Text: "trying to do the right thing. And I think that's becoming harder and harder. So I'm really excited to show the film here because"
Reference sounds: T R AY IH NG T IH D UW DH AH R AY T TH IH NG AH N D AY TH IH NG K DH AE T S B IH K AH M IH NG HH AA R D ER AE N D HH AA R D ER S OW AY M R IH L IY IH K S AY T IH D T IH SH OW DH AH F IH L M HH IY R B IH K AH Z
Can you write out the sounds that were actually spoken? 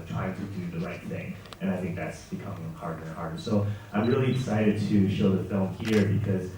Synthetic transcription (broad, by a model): T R AY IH NG T IH D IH DH AH R AY T TH IH NG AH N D AY TH IH NG K DH AE T S B IH K AH M IH NG HH AA R D ER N HH AA R D ER S OW AY M R IH L IY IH S AY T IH D T IH SH OW DH AH F IH L M HH IY R B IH K AH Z